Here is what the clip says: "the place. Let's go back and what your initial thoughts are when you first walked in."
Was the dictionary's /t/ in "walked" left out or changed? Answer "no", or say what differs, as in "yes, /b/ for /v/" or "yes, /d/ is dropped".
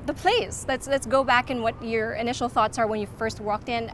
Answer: no